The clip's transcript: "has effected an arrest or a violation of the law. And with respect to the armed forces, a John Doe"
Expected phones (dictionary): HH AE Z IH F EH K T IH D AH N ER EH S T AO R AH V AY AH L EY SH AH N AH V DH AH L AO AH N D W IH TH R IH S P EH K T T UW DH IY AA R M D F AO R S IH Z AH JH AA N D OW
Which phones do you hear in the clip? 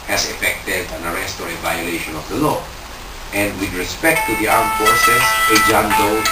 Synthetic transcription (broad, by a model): HH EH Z IH F EH K T IH D AH N ER EH S T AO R AH V AY AH L EY SH AH N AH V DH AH L AO AH N D W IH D R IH S P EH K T T UW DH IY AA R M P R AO S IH S AH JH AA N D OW